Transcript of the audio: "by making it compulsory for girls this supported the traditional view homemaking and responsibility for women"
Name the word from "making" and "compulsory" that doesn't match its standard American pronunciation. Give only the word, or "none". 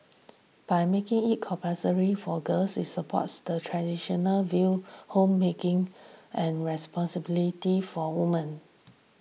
compulsory